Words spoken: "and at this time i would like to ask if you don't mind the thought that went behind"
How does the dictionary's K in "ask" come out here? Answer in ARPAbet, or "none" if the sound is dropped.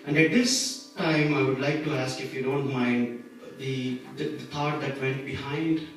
K